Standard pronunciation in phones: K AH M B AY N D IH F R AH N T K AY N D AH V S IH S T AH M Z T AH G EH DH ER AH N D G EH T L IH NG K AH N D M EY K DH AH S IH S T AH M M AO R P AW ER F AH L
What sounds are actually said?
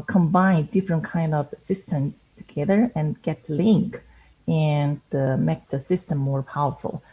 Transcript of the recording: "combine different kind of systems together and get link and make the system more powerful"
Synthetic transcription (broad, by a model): K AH M B AY N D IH F R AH N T K AY N D AH V S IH S T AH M T AH G EH DH ER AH N G EH T L IH NG K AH N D M EY K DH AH S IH S T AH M M AO R P AW ER F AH L